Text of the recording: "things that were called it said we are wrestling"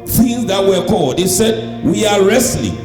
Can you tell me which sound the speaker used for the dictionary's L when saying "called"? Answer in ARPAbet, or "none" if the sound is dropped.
L